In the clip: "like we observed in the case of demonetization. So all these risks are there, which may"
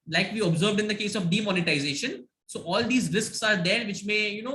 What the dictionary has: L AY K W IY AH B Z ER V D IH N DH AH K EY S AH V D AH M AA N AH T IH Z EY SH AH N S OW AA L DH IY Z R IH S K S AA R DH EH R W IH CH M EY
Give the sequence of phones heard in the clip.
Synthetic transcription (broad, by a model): L AY K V IY AH B Z ER V D IH N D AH K EY S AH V D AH M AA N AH T IH Z EY SH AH N S OW AA L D IY Z R IH S K S AA R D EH R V IH CH M EY